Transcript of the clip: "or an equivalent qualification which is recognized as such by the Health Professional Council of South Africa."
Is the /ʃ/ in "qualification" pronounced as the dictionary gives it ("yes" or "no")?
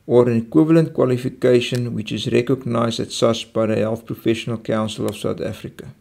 yes